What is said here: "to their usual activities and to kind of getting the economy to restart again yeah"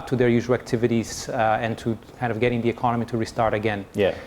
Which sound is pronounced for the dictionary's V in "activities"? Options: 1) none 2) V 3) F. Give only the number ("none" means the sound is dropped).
2